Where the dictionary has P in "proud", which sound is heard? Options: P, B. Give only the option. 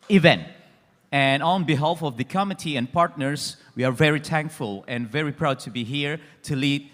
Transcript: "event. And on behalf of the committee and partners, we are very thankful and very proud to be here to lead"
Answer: P